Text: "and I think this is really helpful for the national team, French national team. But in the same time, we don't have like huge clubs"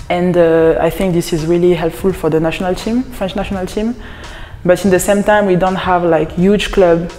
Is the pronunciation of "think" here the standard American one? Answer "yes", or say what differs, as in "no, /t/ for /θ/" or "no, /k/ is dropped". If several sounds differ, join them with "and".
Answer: yes